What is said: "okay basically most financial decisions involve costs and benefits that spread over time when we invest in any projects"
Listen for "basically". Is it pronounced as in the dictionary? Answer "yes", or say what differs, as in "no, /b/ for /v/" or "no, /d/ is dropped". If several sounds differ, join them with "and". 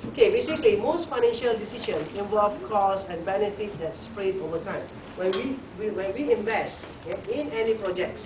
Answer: no, /l/ is dropped